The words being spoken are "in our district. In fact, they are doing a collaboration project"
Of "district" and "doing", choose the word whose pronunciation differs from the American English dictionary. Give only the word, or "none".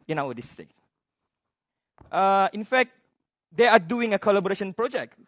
district